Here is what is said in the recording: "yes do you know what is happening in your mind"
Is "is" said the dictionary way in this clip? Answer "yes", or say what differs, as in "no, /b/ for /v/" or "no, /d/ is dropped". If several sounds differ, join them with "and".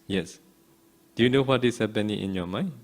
no, /s/ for /z/